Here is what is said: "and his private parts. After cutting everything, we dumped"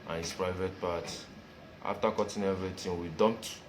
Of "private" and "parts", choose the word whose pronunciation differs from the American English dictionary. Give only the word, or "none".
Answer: parts